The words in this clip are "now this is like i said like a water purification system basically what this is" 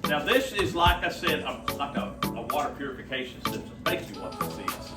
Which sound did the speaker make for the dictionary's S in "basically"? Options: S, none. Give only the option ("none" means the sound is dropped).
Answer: none